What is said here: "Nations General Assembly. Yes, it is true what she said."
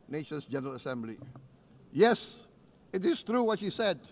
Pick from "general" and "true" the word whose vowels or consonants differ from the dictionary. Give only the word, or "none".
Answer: none